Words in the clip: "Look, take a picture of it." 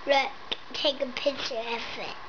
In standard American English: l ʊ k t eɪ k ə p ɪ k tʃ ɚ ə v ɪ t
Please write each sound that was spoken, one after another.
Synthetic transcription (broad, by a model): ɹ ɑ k t eɪ k ə p ɪ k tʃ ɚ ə f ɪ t